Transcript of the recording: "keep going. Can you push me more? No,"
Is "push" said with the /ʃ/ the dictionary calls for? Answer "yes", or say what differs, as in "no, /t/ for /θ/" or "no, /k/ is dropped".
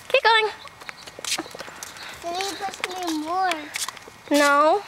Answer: no, /s/ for /ʃ/